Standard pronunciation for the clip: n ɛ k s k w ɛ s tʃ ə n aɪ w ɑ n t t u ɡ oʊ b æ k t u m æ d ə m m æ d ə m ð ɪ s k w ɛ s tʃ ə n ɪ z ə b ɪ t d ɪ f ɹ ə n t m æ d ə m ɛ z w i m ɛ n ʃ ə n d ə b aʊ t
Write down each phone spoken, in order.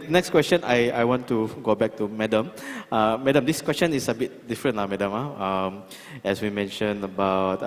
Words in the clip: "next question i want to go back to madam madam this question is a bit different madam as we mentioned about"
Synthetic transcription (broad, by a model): n ɛ k s k w ɛ s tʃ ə n aɪ w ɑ n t t u ɡ oʊ b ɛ k t u m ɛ d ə m m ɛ d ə m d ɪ s k w ɛ s tʃ ə n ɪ s ə b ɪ t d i f ɹ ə n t m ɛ d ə m ɛ s w i m ɛ n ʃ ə n ə b aʊ t